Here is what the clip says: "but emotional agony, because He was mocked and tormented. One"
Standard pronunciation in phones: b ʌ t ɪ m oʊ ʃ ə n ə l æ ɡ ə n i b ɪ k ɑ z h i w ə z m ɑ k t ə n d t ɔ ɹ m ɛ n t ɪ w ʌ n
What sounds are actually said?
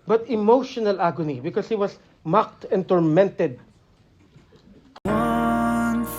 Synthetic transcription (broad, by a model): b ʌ t ɪ m oʊ ʃ ə n ə l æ ɡ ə n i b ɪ k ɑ s h i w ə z m ɑ k t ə n t ɔ ɹ m ɛ n t ɪ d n